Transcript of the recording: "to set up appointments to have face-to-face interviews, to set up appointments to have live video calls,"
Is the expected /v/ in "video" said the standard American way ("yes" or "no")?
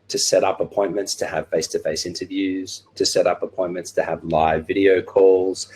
yes